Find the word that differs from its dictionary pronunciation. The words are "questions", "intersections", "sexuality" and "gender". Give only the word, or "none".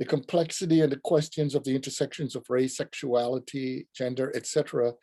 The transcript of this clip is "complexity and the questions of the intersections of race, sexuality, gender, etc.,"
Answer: none